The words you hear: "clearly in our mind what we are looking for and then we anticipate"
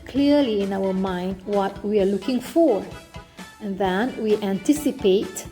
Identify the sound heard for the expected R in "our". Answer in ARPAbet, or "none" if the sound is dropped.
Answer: W